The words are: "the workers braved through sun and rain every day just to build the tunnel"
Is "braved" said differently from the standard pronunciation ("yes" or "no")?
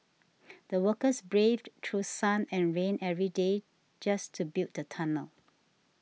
no